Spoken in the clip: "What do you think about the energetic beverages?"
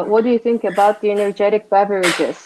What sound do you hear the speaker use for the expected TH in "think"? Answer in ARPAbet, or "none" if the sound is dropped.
TH